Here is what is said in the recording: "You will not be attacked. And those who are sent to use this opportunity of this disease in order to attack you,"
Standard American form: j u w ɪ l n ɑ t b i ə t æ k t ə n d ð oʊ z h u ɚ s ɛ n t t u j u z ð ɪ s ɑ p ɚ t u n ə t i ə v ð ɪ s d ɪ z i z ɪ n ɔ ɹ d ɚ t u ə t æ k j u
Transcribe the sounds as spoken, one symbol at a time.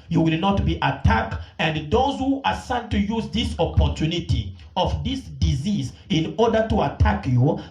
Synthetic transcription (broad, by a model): j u w ɪ l n ɑ t b i ə t æ k t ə n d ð oʊ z h u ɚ s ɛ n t t u j u z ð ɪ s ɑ p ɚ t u n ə t i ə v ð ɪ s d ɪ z i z ɪ n ɔ ɹ d ɚ t u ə t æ k j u